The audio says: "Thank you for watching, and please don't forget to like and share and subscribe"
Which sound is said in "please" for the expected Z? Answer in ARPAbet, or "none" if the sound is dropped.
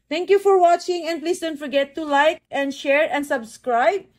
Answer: S